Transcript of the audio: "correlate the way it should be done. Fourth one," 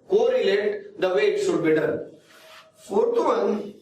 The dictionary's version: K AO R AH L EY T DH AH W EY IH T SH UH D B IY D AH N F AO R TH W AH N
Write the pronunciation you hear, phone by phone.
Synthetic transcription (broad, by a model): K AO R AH L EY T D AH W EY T S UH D B IY D AH N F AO R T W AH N